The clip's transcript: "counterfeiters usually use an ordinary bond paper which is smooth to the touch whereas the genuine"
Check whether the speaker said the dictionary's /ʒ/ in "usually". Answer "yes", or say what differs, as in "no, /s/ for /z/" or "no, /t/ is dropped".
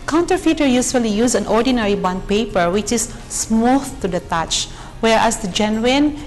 no, /s/ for /ʒ/